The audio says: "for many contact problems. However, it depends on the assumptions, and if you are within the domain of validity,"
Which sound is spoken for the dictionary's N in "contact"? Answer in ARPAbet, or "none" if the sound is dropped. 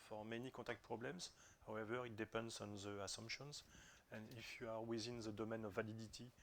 none